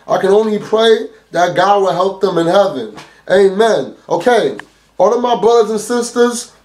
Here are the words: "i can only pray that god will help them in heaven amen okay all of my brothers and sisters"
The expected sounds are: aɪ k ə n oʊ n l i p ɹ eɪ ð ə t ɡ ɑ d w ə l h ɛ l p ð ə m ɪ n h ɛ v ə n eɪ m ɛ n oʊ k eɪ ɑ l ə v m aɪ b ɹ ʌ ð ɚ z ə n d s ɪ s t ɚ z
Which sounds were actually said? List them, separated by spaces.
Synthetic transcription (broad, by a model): aɪ k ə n oʊ n l i p ɹ eɪ ð ə t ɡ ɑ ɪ w ə l h ɛ l p ð ə m ɪ n h ɛ v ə n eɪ m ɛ n oʊ k eɪ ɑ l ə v m aɪ b ɹ ʌ ð ɚ z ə n s ɪ s t ɚ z